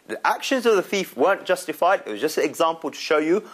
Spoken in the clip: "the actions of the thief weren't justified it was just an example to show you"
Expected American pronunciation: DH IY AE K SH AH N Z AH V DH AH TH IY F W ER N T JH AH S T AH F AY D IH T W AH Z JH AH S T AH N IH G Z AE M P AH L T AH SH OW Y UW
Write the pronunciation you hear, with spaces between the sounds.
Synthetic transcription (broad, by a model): DH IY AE K SH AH N Z AH V DH AH TH IY F W ER N JH AH S T AH F AY D IH T W AH Z JH AH S T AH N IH G Z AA M P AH L T AH SH OW Y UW